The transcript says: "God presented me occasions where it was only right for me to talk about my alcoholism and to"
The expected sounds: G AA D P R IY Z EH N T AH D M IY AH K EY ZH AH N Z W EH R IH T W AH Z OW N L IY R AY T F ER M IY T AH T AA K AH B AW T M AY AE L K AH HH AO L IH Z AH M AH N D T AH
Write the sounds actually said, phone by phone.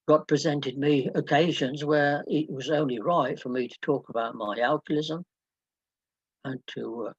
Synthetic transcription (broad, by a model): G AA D P R IY Z EH N T AH D M IY AH K EY ZH AH N Z W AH R IH T W AH Z OW N L IY R AY T F ER M IY T AH T AA K AH B AW T M AY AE L K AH L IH Z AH M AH N T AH